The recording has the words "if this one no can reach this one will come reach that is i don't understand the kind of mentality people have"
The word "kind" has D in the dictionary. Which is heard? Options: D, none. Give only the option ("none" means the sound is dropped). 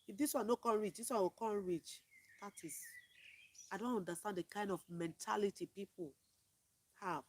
D